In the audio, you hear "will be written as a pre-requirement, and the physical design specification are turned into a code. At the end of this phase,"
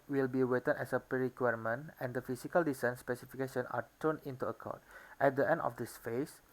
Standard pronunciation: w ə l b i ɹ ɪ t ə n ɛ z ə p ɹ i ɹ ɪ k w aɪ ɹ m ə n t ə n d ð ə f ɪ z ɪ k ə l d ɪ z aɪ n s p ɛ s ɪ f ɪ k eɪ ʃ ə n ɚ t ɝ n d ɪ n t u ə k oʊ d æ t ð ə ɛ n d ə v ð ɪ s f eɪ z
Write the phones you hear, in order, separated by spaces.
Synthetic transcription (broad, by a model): w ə l b i w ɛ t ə n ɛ s ə p ɹ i ɹ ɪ k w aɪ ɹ m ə n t ə n d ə f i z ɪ k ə l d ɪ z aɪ n s p ɛ s ɪ f ɪ k eɪ ʃ ə n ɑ t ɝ n ɪ n t u ə k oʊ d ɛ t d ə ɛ n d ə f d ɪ s f eɪ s